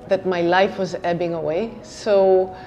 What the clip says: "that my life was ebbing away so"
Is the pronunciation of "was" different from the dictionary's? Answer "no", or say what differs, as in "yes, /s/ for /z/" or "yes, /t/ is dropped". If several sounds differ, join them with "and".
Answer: no